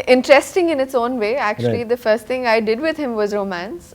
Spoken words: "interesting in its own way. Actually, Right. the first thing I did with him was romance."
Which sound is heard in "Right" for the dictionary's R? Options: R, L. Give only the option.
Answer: L